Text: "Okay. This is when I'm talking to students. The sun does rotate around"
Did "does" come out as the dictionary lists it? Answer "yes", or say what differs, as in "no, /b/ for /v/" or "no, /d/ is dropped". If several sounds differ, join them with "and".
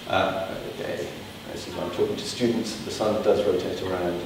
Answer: yes